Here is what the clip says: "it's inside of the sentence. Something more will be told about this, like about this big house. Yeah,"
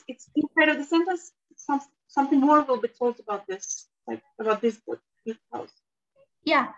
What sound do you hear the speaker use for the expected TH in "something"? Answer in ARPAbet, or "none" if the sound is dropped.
TH